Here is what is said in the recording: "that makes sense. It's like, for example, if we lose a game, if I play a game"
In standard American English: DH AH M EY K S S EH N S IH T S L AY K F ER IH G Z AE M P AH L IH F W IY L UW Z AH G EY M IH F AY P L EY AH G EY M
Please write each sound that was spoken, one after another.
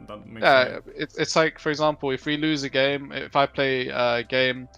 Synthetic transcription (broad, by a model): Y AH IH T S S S IH T S L AY K F ER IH G Z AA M P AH L IH F W IY L UW Z AH G EY M IH F AY P L EY AH G EY M